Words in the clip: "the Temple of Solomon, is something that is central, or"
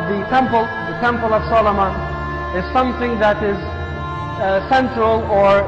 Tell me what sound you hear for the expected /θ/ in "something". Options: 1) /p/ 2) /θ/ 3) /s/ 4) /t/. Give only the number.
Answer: 2